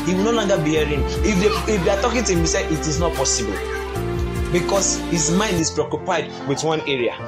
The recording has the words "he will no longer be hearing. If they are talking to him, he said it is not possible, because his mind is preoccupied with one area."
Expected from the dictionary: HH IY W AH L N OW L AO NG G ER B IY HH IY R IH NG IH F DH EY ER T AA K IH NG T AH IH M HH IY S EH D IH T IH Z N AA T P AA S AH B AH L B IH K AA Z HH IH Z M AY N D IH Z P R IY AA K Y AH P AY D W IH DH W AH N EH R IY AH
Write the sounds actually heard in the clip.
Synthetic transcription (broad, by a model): HH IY W AH L N OW L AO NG G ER B IY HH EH R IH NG IH F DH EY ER T AA K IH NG T IH M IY S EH IH T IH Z N AA T P AA S AH B AH L B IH K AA S HH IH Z M AY N D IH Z P R IY AA K Y AH P AY D W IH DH W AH N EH R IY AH